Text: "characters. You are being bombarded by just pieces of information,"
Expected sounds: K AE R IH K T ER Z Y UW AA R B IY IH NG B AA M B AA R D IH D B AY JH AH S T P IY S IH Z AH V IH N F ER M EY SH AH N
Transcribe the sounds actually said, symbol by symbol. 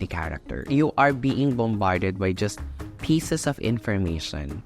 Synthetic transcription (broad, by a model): K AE R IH K T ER Y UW AA R B IY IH NG B AA M B AA R D IH D B AY JH AH S T P IY S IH S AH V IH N F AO M EY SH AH N